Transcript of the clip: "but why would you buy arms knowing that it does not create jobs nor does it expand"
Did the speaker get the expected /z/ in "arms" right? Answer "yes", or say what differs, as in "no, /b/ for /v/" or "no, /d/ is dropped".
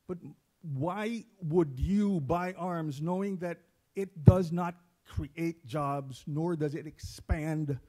yes